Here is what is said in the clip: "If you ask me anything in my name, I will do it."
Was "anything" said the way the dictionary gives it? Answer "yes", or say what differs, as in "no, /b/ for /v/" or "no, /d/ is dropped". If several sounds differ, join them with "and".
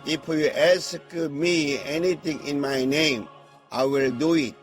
no, /t/ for /θ/